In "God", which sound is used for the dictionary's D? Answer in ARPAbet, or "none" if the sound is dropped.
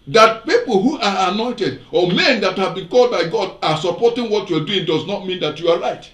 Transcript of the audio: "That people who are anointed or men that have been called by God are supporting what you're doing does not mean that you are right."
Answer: D